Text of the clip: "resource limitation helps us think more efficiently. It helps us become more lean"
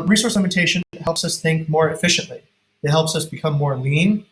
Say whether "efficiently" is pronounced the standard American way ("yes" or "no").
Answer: yes